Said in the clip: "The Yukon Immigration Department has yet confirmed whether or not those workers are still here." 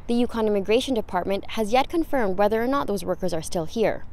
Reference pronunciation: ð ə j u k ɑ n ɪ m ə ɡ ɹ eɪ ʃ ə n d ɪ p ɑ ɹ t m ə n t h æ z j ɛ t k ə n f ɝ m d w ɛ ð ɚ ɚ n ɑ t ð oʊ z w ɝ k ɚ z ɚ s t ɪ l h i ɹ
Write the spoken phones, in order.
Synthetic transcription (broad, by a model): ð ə j u k ɑ n ɪ m ə ɡ ɹ eɪ ʃ ə n d ɪ p ɑ ɹ t m ə n t h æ z j ɛ t k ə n f ɝ m d w ɛ ð ɚ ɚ n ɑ t ð oʊ z w ɝ k ɚ z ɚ s t ɪ l h i ɹ